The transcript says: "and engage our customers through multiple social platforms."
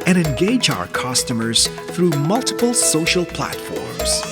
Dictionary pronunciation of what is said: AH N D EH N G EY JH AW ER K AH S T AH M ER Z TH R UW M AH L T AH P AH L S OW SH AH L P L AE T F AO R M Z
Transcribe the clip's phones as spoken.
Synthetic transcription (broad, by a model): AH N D EH N G EY JH AW ER K AH S T AH M ER Z TH R UW M AH L T AH P AH L S OW SH AH L P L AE T F AO R M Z